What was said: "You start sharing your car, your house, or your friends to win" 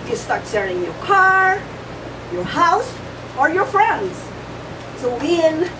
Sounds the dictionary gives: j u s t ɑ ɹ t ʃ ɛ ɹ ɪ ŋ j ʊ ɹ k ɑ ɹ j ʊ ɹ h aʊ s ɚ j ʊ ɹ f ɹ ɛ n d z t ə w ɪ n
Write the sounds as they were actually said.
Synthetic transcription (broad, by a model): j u s t ɑ ɹ t s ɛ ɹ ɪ ŋ j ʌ ɹ k ɑ ɹ j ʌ ɹ h aʊ s ɚ j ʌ ɹ f ɹ ɛ n d z s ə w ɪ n